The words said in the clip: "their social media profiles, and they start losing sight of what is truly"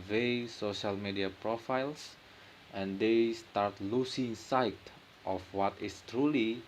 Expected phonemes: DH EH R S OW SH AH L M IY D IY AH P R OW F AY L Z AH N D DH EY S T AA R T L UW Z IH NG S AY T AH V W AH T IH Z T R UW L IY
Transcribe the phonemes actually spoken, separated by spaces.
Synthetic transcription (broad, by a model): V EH S OW SH AH L M IY D IY AH P R OW F AY L S AH N D EY S T AA R T L UW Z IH NG S AY T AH F W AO T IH S T R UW L IY